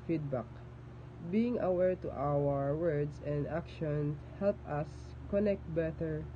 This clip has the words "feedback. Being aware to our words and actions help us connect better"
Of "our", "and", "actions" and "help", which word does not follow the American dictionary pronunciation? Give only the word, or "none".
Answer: actions